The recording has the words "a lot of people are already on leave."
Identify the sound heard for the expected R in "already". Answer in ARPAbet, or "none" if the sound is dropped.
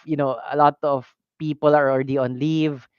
R